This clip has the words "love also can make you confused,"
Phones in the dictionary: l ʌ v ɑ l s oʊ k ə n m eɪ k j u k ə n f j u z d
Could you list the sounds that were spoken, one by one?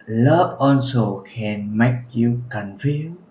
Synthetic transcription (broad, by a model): l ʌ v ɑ n s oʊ k ə n m eɪ k j u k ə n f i